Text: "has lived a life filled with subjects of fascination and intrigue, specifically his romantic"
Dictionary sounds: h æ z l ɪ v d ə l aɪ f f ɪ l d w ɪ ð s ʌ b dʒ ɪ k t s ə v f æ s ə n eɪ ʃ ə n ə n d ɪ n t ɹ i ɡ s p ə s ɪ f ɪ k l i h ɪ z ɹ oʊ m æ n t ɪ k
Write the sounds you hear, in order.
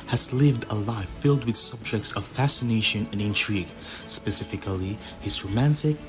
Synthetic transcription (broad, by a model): h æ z l ɪ v d ə l aɪ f f ɪ l d w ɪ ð s ʌ b dʒ ɪ k t s ə v f æ s ə n eɪ ʃ ə n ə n ɪ n t ɹ i ɡ s p ə s ɪ f ɪ k l i h ɪ z ɹ oʊ m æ n t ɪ k